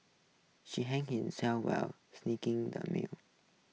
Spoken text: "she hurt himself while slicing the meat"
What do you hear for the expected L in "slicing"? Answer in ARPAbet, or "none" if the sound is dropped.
N